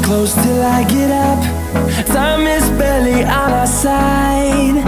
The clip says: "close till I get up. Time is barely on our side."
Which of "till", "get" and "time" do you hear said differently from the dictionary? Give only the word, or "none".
time